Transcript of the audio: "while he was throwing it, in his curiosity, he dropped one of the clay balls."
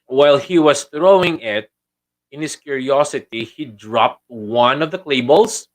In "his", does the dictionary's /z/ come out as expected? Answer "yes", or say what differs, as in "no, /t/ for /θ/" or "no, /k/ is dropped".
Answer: no, /s/ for /z/